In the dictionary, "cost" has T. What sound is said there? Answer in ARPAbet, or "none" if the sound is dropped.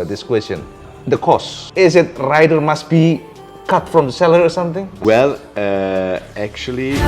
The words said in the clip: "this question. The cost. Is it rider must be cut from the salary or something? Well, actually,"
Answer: none